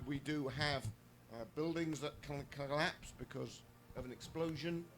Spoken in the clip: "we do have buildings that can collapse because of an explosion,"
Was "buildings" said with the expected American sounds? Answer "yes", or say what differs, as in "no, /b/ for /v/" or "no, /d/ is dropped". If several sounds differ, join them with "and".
yes